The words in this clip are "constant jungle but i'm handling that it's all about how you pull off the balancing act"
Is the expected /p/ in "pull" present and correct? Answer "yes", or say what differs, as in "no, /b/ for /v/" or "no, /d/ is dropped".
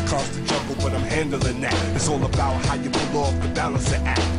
no, /b/ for /p/